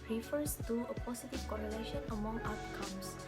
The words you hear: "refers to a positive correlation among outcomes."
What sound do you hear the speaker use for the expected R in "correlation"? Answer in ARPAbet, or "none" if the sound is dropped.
R